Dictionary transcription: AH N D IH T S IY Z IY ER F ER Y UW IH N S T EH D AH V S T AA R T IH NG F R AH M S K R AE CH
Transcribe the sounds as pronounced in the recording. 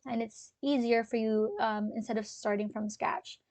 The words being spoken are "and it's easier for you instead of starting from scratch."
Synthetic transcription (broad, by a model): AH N IH T S IY Z IY ER F ER Y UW IH N S T EH D AH V S T AA R T IH NG F R AH M S K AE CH